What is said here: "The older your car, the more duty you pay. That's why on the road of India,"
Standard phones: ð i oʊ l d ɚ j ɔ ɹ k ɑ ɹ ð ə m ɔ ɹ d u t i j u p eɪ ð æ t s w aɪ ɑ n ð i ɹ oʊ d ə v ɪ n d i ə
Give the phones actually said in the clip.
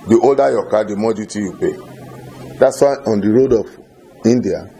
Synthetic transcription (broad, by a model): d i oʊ l d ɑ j ɔ k ɑ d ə m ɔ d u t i j u p eɪ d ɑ t s w aɪ ɑ n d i ɹ oʊ d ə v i n d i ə